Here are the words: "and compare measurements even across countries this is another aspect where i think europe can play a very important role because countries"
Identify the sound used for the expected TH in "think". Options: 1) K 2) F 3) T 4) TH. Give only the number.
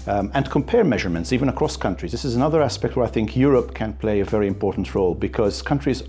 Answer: 4